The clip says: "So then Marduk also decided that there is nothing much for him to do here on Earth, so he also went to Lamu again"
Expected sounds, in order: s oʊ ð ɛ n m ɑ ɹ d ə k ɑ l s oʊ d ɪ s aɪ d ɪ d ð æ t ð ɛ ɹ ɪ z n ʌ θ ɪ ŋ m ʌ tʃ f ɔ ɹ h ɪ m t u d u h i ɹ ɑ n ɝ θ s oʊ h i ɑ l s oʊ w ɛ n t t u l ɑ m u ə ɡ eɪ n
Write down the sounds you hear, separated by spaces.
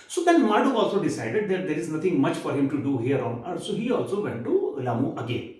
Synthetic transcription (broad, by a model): s oʊ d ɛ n m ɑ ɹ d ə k ɑ l s oʊ d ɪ s aɪ d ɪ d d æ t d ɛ ɹ ɪ z n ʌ t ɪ ŋ m ʌ tʃ f ɔ ɹ h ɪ m t u d u h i ɹ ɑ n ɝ s oʊ h i ɑ l s oʊ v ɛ n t t u l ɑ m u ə ɡ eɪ n